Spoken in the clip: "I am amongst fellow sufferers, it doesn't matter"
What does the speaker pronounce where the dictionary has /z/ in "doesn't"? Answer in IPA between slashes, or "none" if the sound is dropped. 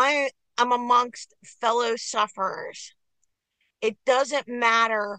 /z/